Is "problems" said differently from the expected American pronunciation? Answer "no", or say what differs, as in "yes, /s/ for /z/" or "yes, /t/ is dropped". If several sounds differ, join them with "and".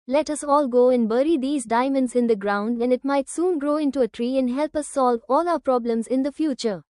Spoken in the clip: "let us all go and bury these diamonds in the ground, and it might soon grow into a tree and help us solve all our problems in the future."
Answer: no